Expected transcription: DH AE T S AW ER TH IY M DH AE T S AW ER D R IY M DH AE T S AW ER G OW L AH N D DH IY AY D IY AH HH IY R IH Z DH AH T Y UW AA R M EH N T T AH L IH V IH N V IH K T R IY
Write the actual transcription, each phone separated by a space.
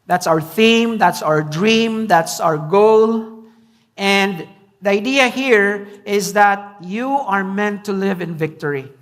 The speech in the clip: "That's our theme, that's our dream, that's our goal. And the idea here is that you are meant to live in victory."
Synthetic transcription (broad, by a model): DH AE T S AW ER TH IY M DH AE T S AW ER D R IY M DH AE T S AW ER G OW L AH N D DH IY AY D IY AH HH IY R IH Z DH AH T Y UW AA R M EH N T T AH L IH V IH N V IH K T R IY